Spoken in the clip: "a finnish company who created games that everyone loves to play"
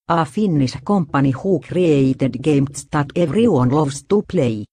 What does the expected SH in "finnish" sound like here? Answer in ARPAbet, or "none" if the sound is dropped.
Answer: S